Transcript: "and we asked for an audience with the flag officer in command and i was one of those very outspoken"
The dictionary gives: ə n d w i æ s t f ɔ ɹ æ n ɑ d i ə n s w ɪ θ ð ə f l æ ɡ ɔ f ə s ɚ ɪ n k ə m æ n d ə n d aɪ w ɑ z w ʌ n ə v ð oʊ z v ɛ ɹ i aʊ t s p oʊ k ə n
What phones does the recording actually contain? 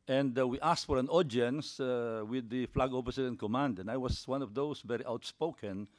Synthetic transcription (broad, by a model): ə n d w i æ s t f ɔ ɹ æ n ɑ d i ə n s w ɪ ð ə f l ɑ ɡ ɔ p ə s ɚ ɪ n k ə m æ n d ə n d aɪ w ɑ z w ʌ n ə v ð oʊ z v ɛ ɹ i aʊ t s p oʊ k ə n